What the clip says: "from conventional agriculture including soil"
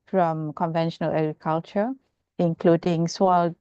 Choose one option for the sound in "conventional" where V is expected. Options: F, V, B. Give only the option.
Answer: V